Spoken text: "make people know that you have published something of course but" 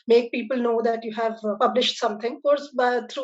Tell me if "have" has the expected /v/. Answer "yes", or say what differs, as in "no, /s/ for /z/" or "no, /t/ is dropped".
yes